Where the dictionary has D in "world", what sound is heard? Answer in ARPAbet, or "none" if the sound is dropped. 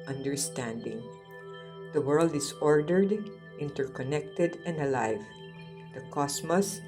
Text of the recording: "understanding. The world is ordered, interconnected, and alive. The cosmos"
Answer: D